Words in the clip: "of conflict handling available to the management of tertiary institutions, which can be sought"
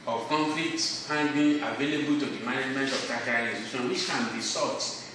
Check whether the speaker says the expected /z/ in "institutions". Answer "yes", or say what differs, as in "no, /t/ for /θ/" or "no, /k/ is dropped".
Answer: no, /z/ is dropped